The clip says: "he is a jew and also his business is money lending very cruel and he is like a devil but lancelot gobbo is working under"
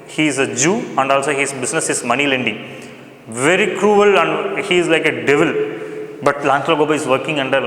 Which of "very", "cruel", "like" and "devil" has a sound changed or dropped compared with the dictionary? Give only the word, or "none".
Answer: none